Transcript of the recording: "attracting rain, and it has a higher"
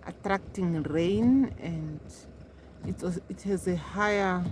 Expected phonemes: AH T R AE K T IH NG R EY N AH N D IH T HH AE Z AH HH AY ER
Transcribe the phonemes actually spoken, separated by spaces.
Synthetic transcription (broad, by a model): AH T R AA K T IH NG R EY N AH N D IH T HH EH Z AH HH AY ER